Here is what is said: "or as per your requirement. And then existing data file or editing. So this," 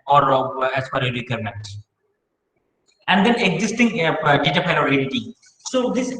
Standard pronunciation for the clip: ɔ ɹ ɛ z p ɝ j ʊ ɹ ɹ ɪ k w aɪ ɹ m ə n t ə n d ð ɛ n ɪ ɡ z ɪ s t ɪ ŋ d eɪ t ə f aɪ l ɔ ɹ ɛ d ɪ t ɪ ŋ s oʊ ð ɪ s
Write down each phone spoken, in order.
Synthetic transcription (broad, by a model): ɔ ɹ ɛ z f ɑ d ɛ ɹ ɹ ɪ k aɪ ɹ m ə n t ə n d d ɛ n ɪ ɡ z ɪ s t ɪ ŋ d eɪ t ə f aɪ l ɔ ɹ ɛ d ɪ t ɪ s oʊ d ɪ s